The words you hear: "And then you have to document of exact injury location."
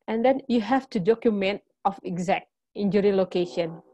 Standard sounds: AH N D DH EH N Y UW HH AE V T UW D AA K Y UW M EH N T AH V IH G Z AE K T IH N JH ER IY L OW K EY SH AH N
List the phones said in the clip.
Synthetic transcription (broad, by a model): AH N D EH N Y UW HH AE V T UW D AA K Y UW M EH N T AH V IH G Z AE K T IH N JH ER IY L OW K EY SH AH N